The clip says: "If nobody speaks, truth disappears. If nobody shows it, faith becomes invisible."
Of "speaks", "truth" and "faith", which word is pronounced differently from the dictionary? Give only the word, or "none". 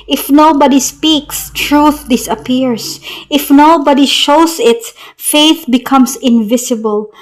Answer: none